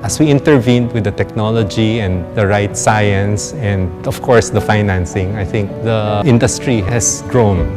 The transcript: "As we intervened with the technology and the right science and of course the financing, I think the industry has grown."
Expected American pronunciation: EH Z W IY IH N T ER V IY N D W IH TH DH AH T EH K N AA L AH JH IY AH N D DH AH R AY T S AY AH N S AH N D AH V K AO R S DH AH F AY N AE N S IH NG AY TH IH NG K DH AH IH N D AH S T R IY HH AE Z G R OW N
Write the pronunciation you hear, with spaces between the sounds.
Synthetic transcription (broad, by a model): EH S W IY IH N T ER V IY N D W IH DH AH T EH K N AA L AH JH IY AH N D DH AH R AY T S AY AH N S AH N D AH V K AO R S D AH F AY N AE N S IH NG AY TH IH NG K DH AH IH N D AH S T R IY HH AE S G R OW N